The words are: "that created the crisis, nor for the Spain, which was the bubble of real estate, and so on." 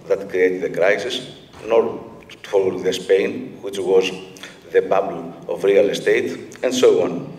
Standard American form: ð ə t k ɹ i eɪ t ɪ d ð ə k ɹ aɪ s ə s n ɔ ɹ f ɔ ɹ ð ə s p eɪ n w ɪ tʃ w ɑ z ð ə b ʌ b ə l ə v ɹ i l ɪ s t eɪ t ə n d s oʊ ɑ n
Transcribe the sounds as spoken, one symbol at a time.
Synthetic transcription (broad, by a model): ð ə t k ɹ i eɪ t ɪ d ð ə k ɹ aɪ s ə s n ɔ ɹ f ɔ l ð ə s p eɪ n w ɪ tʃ w ɑ z ð ə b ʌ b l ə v ɹ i l ɪ s t eɪ t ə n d s oʊ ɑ n